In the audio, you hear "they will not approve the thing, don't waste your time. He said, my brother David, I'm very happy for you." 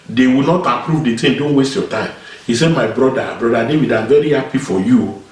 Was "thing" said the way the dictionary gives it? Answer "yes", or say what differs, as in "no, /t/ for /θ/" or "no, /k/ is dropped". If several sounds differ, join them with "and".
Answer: no, /t/ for /θ/